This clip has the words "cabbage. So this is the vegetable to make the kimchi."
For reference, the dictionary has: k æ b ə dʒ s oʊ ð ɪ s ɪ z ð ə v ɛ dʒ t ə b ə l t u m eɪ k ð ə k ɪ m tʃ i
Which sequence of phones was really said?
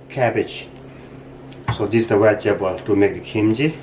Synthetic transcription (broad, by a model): k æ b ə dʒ s oʊ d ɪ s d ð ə w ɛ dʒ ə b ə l t u m eɪ k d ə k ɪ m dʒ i